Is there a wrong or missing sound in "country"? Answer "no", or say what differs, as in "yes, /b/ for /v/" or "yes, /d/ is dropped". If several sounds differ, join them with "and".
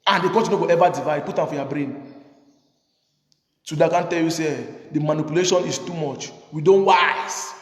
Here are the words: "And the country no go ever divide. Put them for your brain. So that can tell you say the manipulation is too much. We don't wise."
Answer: yes, /ɹ/ is dropped